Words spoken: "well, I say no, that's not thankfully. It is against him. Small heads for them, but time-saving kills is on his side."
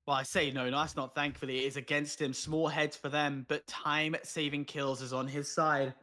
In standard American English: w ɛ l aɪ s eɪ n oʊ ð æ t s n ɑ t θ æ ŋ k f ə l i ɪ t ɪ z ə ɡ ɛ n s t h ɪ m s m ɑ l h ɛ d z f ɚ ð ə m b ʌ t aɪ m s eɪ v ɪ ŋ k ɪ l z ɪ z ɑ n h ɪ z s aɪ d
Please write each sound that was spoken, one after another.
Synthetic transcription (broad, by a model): w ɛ l aɪ s eɪ n oʊ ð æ t s n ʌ t θ æ ŋ k f ə l i ɪ t ɪ z ə ɡ ɛ n s t h ɪ m s m ɑ l h ɛ d z f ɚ ð ə m b ʌ t aɪ m s eɪ v ɪ ŋ k ɪ l z ɪ z n ɪ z s aɪ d